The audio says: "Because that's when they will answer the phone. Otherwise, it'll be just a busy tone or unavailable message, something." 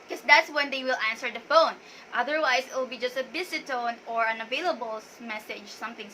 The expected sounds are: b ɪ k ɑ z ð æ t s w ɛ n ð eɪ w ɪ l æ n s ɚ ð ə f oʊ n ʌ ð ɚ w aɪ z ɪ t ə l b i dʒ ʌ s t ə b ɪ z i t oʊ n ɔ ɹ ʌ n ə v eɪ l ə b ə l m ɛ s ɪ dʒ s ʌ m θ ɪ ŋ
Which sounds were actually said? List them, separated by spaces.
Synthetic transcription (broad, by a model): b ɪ k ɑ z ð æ t s w ɛ n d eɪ w ɪ l æ n s ɚ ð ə f oʊ n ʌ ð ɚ w aɪ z ɪ t ə l b i dʒ ʌ s t ə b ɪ s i t oʊ n ɔ ɹ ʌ n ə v eɪ l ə b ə l m ɛ s ɪ dʒ s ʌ m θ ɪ ŋ